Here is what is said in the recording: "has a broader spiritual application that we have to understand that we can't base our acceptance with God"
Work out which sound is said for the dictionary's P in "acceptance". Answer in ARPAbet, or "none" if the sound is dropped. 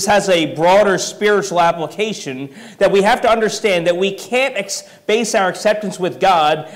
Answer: P